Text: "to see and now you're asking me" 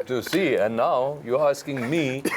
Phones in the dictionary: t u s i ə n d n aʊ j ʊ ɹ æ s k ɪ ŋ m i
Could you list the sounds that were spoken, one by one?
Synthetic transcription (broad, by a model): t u s i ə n n aʊ j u æ s k ɪ ŋ m i